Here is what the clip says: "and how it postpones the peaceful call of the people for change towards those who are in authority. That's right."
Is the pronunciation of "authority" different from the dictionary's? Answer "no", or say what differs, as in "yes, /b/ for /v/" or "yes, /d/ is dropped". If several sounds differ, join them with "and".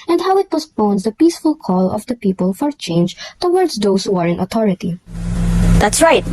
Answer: yes, /t/ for /θ/